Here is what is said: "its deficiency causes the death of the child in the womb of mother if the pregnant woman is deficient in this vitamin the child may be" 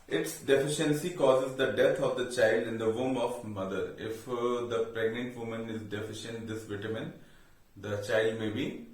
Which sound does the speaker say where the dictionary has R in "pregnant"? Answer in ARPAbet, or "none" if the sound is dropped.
R